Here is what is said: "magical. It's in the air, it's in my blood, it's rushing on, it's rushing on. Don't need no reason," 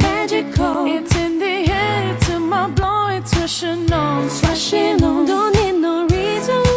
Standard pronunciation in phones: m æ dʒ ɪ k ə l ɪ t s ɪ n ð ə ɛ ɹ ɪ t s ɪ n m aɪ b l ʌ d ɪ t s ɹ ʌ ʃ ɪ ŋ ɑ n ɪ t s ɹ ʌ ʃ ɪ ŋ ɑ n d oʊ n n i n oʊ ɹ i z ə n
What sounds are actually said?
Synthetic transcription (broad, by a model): m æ dʒ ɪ k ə ɪ t s ɪ n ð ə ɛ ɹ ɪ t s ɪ m aɪ b l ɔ ɪ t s w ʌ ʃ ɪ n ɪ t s w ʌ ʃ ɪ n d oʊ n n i n oʊ ɹ i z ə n